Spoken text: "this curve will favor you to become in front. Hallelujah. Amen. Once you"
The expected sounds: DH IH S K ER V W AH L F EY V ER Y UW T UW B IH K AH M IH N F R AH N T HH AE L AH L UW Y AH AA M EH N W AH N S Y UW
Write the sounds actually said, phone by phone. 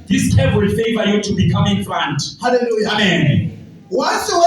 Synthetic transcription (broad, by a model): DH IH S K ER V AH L F EY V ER Y UW T UW B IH K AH M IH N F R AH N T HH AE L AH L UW Y AA M EH N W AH S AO